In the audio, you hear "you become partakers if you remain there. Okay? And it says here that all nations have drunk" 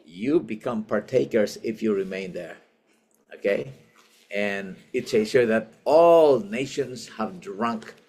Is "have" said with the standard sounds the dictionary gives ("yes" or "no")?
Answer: yes